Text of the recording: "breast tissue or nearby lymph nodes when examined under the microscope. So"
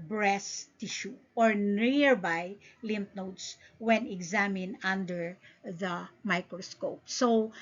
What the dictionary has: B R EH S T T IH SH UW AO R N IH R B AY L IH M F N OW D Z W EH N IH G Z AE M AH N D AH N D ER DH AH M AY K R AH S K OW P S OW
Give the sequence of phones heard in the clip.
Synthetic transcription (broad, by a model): B R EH S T T IH SH UW AO R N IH R B AY L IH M P N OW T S W EH N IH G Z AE M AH N AH N D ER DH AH M AY K R AH S K OW P S OW